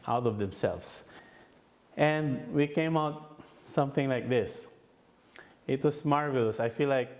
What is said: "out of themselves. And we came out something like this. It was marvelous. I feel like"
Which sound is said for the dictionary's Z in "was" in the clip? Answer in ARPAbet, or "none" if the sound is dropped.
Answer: S